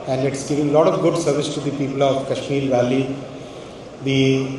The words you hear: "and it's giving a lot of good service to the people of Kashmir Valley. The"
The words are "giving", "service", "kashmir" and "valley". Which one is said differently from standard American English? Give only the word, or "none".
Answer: kashmir